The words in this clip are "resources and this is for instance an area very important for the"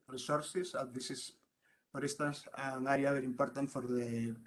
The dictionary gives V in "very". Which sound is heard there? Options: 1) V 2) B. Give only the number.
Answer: 2